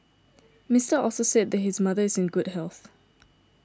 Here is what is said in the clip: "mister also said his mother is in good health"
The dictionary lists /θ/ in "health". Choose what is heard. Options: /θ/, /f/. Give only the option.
/θ/